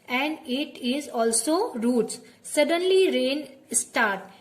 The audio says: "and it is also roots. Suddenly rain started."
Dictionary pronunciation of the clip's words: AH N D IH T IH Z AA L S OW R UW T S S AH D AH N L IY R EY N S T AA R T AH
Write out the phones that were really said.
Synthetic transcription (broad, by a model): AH N D IH T IH Z AA L S OW R UW T S S AH D AH N L IY R EY N S T AA R T